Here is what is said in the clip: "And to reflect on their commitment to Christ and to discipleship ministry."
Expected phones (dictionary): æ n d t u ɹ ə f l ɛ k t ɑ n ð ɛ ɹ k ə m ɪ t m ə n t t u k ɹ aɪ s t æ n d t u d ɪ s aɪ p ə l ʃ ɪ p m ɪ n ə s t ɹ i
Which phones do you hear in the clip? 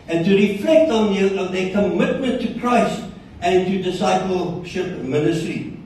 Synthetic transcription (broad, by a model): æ n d t u ɹ ə f l ɛ k t ɑ n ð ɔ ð k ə m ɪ t m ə n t t u k ɹ aɪ s t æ n t u d ɪ s aɪ p ə l ʃ ɪ p m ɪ n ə s t ɹ i